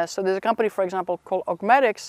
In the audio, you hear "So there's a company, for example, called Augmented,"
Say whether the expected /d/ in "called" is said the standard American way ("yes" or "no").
no